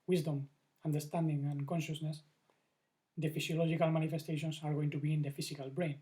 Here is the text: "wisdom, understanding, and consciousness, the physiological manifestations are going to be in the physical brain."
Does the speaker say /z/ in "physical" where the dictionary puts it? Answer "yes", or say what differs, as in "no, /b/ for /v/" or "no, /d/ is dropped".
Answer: no, /s/ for /z/